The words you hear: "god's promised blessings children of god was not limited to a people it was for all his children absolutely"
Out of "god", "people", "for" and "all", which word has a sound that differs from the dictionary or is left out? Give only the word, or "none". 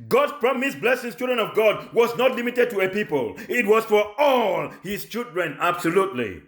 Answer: none